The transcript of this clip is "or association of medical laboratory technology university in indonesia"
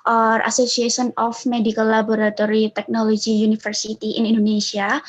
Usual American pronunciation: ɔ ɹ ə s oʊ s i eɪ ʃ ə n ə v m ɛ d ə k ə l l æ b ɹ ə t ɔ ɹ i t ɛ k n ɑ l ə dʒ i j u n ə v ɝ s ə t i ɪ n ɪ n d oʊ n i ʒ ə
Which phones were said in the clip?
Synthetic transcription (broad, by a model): ɔ ɹ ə s oʊ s i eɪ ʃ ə n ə f m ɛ d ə k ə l l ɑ b ɹ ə t ɔ ɹ i t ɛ k n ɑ l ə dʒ i j u n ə f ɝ s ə t i ɪ n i n d oʊ n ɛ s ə